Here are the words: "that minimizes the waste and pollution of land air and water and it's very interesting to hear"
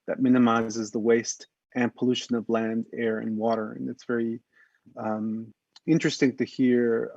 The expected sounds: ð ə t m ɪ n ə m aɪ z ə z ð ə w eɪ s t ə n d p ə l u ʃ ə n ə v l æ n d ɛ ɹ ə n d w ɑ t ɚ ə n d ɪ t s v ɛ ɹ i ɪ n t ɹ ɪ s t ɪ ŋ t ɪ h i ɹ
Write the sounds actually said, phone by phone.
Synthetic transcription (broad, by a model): ð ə t m ɪ n ə m aɪ z ə z ð ə w eɪ s t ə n p ə l u ʃ ə n ə v l æ n d ɛ ɹ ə n w ɑ t ɚ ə n ɪ t s v ɛ ɹ i ɪ n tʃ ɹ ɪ s t ɪ ŋ t ɪ h i ɹ